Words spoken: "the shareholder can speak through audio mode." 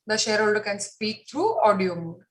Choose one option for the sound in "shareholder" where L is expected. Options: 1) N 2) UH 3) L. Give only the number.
3